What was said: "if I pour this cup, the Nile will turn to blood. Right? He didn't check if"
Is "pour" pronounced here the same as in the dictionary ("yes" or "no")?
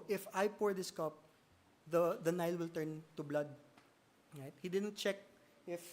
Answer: yes